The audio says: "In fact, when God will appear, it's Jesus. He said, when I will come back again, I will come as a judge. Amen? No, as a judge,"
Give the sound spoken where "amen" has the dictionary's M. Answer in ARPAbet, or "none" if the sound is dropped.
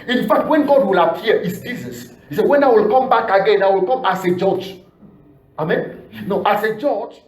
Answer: M